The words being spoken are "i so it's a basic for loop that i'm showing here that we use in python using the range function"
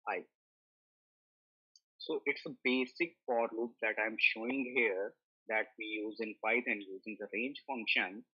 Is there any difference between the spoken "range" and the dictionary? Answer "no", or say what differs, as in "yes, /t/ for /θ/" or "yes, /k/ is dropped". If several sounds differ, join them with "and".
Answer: no